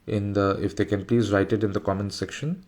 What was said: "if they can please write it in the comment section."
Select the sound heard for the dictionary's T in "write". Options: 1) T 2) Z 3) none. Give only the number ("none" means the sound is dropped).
1